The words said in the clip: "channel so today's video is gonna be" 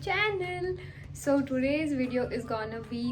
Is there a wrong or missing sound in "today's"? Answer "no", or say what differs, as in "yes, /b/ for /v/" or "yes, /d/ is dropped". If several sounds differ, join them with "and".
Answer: no